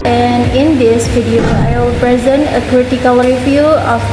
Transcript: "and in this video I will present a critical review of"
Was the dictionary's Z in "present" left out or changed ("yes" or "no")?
no